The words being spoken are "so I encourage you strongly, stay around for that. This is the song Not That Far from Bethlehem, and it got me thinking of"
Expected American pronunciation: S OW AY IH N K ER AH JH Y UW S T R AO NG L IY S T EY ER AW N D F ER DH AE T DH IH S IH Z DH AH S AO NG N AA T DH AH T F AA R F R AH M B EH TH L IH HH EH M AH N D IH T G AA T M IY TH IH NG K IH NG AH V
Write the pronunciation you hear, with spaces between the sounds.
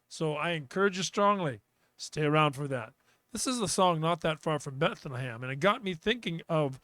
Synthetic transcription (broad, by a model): S OW AY IH N K ER AH JH Y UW S T R AO NG L IY S T EY ER AW N D F ER DH AE T DH IH S IH Z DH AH S AO NG N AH T DH AH T F AA R F R AH M B EH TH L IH HH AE M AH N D IH T G AA T M IY TH IH NG K IH NG AH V